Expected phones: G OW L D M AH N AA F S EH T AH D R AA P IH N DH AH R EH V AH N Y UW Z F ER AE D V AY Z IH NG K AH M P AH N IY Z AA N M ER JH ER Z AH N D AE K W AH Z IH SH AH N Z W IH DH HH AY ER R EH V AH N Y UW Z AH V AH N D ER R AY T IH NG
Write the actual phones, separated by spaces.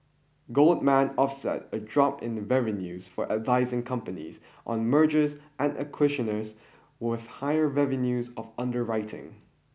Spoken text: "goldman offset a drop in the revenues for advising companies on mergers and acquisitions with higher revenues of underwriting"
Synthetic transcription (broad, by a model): G OW L D M AH N AA F S EH T AH D R AA P IH N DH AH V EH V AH N Y UW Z F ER AE D V AY Z IH NG K AH M P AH N IY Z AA N M ER JH ER Z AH N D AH K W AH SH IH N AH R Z W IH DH HH AY ER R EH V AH N Y UW Z AH V AH N D ER R AY T IH NG